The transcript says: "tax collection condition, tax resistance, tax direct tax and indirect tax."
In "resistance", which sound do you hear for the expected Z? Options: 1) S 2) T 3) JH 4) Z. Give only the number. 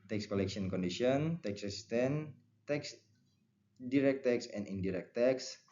1